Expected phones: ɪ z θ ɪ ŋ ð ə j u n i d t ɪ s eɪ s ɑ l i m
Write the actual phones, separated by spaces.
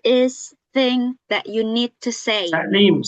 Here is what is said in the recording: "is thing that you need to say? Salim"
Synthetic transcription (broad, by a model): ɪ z θ ɪ ŋ ð ə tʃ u n i d t ɪ s eɪ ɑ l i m